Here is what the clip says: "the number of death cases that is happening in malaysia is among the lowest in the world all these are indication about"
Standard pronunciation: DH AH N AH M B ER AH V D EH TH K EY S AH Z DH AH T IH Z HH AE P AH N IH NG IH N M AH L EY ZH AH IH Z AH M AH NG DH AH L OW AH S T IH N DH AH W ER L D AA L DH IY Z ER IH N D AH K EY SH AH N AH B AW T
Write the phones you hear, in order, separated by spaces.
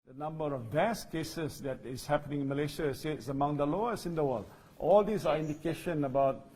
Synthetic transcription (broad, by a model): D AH N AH M B ER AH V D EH S K EY S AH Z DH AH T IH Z HH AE P AH N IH NG IH N M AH L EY SH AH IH S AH M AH NG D AH L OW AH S IH N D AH W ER L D AA L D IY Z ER IH N D AH K EY SH AH N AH B AW T